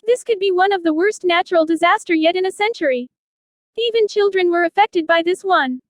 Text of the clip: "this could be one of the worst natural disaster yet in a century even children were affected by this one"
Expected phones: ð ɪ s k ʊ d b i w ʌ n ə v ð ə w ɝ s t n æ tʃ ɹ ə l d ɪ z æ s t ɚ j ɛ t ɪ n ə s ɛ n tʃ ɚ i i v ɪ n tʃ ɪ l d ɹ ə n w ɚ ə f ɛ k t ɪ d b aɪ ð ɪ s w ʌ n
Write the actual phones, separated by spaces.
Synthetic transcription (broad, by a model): ð ɪ s k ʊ d b i w ʌ n ə v ð ə w ɝ s t n æ tʃ ɹ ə l d ɪ z æ s t ɚ j ɛ t ɪ n ə s ɛ n tʃ ɚ i i v ɪ n tʃ ɪ l d ɹ ə n w ɚ ə f ɛ k t ɪ d b aɪ ð ɪ s w ʌ n